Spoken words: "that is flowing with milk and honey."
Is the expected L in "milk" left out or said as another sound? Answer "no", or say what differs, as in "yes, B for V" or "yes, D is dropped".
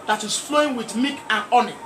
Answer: yes, L is dropped